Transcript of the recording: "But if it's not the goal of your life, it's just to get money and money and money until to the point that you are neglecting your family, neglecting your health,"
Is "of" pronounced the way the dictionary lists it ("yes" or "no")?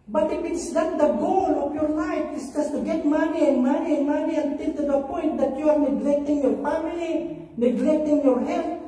no